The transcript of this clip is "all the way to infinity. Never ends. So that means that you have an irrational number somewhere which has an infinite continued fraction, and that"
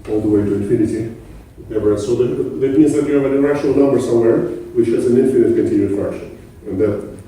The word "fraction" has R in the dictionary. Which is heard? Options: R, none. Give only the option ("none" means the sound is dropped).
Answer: none